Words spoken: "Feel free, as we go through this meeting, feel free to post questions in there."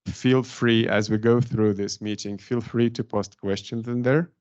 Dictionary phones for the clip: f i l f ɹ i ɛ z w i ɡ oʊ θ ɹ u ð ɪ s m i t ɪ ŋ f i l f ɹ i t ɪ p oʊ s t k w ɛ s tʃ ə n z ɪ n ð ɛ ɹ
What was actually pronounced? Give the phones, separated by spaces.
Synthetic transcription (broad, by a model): f i l f ɹ i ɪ z w i ɡ oʊ θ ɹ u ð ɪ s m i t ɪ ŋ f i l f ɹ i t ɪ p oʊ s t k w ɛ s tʃ ə n z ɪ n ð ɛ ɹ